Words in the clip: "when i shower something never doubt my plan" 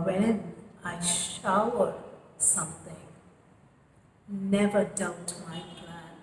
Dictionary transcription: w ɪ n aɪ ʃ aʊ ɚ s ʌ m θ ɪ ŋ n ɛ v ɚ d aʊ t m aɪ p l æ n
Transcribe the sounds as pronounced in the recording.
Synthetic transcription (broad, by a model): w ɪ n aɪ ʃ aʊ ɚ s ʌ m θ ɪ ŋ n ɛ v ɚ d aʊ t m aɪ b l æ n